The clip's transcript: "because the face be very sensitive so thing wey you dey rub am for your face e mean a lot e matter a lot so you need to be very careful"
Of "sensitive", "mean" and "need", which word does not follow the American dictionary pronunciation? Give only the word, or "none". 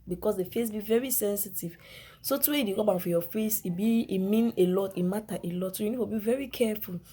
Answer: none